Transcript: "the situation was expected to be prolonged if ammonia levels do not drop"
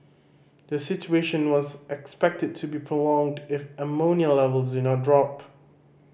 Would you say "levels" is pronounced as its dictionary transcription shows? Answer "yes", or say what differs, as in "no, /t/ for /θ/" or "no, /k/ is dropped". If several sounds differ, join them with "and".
yes